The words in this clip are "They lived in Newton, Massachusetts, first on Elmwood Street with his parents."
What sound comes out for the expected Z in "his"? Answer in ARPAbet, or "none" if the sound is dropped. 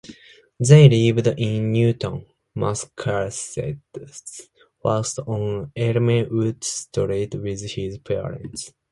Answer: Z